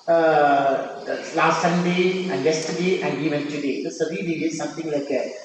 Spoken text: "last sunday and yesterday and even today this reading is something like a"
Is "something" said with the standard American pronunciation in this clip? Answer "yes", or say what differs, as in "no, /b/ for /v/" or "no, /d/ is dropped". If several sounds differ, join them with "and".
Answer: no, /t/ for /θ/